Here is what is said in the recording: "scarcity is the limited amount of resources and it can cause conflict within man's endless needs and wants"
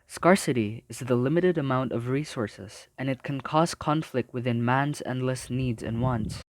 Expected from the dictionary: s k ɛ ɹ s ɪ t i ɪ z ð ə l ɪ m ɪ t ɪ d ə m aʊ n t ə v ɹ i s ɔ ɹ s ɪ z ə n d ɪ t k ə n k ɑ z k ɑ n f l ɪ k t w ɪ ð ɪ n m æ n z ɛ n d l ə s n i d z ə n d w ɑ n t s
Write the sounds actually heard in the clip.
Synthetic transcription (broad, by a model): s k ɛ ɹ s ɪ t i ɪ z ð ə l ɪ m ɪ t ɪ d ə m aʊ n t ə v ɹ i s ɔ ɹ s ɪ z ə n ɪ t k ə n k ɑ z k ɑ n f l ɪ k t w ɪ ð ɪ n m æ n z ɛ n d l ə s n i d z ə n w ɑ n t s